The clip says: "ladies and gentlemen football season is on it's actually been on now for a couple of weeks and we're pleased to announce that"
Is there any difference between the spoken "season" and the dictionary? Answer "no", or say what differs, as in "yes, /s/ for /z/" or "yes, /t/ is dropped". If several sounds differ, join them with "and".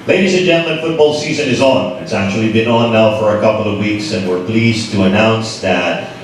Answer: no